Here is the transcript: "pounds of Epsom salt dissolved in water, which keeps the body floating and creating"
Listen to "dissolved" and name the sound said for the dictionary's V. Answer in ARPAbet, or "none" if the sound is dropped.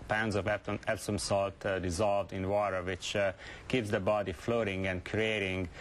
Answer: V